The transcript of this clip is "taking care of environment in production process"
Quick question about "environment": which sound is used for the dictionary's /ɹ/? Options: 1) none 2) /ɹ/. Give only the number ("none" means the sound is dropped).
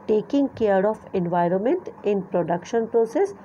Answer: 2